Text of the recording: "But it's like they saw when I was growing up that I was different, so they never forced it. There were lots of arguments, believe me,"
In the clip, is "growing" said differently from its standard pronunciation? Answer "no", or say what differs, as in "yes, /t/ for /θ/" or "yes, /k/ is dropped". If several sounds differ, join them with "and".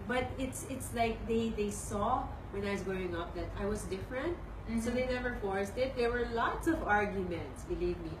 yes, /ɹ/ is dropped